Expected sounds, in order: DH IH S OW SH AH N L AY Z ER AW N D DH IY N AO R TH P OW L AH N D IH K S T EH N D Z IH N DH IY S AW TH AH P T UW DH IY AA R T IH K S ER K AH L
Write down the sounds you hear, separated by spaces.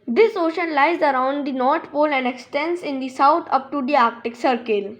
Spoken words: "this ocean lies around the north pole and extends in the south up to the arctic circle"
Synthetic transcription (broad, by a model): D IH S OW SH AH N L AY Z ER AW N D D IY N AO R T P OW L AH N D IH K S T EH N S IH N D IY S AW T AH P T UW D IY AA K T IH K S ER K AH L